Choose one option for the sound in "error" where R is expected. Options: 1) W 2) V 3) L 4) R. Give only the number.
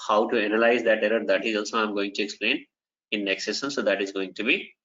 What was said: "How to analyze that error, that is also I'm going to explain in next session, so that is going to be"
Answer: 4